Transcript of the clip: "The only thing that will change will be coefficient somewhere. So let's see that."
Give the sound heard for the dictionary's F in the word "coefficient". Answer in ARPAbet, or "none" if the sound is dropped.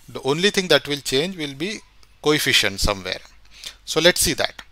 F